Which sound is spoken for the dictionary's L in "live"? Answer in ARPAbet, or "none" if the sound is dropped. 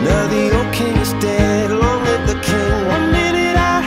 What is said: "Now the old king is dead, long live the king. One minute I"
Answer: W